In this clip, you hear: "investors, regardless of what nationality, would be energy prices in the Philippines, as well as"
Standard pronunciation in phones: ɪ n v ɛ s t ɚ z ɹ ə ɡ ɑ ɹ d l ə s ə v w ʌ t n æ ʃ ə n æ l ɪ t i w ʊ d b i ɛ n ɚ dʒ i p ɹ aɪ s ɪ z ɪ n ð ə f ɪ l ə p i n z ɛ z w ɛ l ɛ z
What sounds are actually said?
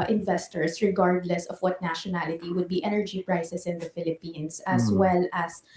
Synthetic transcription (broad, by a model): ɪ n v ɛ s t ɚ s ɹ ə ɡ ɑ ɹ d l ə s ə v w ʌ t n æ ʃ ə n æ l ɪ t i w ʊ d b i ɛ n ɚ dʒ i p ɹ aɪ s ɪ s ɪ n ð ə f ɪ l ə p i n s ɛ s w ɛ l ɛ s